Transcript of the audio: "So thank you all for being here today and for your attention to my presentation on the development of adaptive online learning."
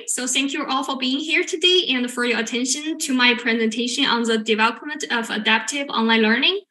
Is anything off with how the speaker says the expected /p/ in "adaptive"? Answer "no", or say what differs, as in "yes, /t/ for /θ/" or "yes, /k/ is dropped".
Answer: no